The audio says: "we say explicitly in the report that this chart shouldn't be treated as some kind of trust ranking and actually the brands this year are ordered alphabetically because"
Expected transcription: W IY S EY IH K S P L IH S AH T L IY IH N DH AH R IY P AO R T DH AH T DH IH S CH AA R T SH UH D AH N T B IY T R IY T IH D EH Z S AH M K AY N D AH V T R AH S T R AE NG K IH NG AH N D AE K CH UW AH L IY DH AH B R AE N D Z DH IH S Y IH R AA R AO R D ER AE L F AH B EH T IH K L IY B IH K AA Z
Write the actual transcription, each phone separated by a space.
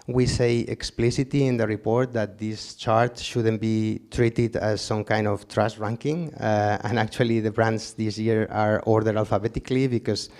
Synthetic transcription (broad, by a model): W IY S EY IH K S P L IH S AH T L IY IH N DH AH R IY P AO R T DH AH T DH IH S CH AA R T SH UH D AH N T B IY T R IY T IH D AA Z S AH M K AY N D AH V T R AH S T R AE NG K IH NG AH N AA K CH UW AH L IY DH AH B R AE N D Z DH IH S Y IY R AA R AO R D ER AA L F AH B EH T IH K L IY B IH K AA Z